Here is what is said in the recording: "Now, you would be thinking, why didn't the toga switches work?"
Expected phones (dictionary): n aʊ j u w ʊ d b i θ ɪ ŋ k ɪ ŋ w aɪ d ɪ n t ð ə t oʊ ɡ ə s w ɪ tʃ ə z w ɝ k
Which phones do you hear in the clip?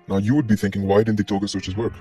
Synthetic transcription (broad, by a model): n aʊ j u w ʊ d b i θ ɪ ŋ k ɪ ŋ w aɪ d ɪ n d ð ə t oʊ ɡ ə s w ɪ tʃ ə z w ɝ k